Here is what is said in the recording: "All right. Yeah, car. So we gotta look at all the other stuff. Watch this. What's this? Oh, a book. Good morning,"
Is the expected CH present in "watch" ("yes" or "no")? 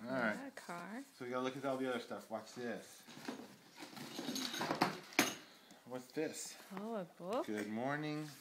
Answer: no